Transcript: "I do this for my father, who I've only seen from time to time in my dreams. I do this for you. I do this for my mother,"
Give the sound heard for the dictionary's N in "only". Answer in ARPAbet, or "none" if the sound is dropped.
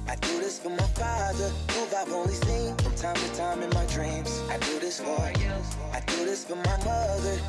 none